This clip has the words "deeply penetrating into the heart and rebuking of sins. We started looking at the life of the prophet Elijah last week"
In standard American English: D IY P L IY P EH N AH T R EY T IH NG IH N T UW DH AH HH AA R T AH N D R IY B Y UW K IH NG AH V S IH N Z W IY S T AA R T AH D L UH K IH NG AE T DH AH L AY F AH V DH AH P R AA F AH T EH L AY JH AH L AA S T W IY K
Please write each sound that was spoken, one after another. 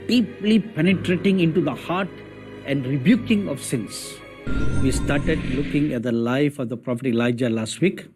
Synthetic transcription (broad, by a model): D IY P L IY P EH N AH T R EY T IH NG IH N T UW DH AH HH AA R T AH N D R IY B Y UW K IH NG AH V S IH N S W IY S T AA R T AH D L UH K IH NG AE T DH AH L AY F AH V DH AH P R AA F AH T EH L AY JH AH L AA S T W IY K